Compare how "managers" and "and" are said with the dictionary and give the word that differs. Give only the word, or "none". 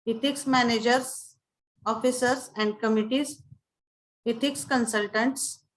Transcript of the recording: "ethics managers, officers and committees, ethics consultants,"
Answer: managers